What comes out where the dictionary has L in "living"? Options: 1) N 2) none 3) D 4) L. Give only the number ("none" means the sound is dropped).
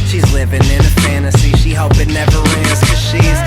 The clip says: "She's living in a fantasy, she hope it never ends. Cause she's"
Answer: 4